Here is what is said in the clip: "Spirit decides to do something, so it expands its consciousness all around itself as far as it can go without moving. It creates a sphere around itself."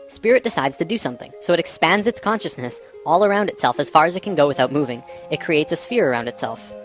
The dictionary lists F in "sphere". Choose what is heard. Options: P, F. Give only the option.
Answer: F